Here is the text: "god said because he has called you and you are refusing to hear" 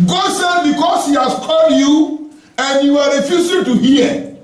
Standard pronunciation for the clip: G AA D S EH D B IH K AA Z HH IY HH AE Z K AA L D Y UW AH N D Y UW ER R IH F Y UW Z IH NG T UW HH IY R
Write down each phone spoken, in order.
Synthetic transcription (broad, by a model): G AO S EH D B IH K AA S HH IY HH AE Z K AA L D Y UW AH N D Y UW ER R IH F Y UW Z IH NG T UW HH IY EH